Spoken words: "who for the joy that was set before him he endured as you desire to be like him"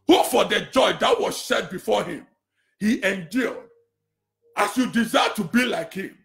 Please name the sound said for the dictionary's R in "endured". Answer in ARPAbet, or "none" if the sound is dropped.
L